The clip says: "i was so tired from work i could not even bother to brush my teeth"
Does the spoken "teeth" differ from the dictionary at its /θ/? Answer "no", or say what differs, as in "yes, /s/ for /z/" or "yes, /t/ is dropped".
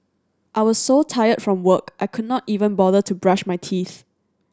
no